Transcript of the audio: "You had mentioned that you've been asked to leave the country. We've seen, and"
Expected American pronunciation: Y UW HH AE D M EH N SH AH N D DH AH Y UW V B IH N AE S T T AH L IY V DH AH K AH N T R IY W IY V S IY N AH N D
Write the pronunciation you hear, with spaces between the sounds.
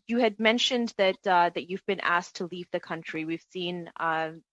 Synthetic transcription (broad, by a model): Y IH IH D M EH N SH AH N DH DH AH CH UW V B IH N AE S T T AH L IY V DH AH K AH N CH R IY W IY V S IY N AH